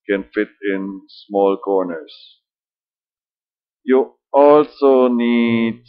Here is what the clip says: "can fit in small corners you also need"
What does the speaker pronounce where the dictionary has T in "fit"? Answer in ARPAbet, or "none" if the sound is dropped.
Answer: T